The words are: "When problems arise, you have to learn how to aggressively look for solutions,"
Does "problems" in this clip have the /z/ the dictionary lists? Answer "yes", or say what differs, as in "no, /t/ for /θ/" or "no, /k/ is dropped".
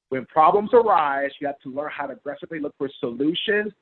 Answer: yes